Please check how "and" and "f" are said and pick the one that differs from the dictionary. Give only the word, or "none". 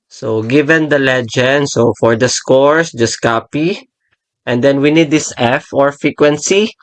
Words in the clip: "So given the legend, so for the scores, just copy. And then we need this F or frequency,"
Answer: none